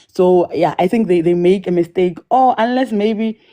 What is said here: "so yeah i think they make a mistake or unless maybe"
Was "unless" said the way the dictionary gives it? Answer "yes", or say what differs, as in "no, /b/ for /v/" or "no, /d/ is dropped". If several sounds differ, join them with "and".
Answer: yes